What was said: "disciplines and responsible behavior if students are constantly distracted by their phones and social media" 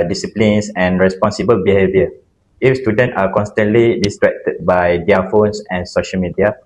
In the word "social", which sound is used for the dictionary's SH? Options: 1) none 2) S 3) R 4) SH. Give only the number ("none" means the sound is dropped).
4